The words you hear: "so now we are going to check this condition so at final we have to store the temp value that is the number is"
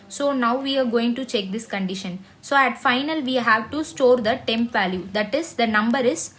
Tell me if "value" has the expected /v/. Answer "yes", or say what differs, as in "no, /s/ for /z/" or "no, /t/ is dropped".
yes